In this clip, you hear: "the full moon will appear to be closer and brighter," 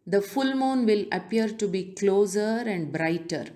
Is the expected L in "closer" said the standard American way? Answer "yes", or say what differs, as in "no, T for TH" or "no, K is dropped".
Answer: yes